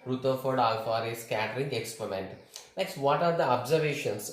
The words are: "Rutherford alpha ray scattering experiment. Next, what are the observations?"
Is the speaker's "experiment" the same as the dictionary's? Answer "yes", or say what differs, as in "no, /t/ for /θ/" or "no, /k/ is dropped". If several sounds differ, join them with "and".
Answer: yes